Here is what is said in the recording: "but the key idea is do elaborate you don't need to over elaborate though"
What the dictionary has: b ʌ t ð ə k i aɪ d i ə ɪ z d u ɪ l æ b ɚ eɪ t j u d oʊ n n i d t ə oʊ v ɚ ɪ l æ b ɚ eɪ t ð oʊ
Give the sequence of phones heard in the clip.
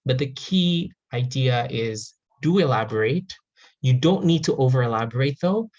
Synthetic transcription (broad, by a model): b ʌ t ð ə k i aɪ d i ə ɪ z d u ɪ l æ b ɚ eɪ t j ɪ d oʊ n n i d t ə oʊ v ɚ ɪ l æ b ɚ eɪ t ð oʊ